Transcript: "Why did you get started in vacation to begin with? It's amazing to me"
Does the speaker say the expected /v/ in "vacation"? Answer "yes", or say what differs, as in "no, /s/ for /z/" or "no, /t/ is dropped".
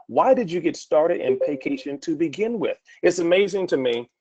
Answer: no, /p/ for /v/